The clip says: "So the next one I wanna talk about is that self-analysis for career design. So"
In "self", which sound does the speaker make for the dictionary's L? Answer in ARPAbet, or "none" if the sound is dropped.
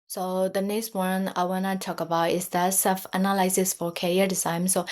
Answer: none